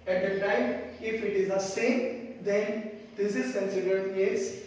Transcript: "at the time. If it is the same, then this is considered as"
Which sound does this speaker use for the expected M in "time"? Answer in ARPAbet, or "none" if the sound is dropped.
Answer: none